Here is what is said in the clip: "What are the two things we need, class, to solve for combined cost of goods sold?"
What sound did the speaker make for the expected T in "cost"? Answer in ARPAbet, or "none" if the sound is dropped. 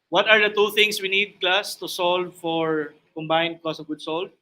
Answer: none